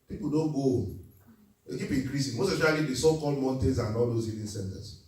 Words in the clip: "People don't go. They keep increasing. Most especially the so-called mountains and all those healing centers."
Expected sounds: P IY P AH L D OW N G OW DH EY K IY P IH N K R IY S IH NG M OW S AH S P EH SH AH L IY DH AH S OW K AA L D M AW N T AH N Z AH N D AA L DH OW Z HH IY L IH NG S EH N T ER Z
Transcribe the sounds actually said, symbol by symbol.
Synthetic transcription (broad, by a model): P IY P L D OW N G OW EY K IY P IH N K R IY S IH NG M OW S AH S AO AH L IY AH S OW K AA L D M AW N T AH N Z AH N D AA L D OW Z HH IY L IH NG S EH N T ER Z